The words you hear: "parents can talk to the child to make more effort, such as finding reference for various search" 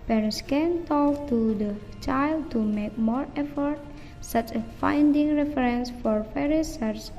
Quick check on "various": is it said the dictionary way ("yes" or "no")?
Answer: no